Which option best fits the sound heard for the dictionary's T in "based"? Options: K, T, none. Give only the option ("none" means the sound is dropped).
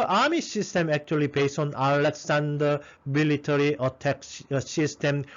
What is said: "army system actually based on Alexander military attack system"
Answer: none